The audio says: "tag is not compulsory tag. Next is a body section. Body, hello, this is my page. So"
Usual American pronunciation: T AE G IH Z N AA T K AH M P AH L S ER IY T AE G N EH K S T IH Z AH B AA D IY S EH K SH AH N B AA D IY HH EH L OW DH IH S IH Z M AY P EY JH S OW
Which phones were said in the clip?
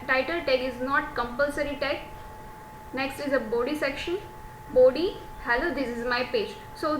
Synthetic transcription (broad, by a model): T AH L IH Z N AA T K AH M P AH L S ER IY T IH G N EH K S T IH Z AH B AA D IY S EH K SH AH N B AA D IY HH EH L OW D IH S IH Z M AY P EY JH S OW